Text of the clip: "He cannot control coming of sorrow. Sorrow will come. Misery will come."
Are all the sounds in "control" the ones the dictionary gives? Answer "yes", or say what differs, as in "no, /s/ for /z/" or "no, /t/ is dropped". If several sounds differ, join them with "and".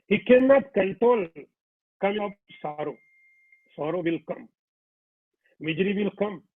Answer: no, /ɹ/ is dropped